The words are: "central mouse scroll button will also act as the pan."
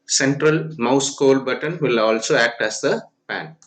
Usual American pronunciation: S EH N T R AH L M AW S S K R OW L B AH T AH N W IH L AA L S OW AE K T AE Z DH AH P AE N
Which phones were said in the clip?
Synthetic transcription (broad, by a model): S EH N T R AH L M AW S S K OW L B AH T AH N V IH L AA L S OW AE K T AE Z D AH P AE N